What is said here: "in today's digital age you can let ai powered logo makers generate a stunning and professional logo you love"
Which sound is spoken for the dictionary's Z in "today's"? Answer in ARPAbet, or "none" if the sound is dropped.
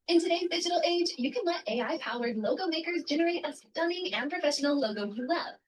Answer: Z